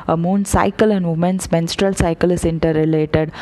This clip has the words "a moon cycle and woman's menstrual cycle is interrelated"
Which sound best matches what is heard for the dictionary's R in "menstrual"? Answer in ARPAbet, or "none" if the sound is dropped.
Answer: R